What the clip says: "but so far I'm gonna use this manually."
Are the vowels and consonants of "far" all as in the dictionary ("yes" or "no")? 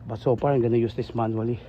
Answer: no